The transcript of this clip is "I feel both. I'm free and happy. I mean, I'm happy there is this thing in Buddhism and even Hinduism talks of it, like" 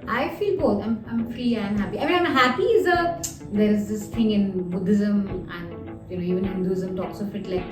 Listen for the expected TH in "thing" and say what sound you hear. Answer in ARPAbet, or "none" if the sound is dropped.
T